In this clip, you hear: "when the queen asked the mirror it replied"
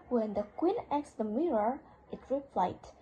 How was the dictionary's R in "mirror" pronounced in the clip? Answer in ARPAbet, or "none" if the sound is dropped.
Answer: R